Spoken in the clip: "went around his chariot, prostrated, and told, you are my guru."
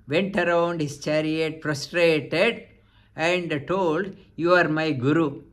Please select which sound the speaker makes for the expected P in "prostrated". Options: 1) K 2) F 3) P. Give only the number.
2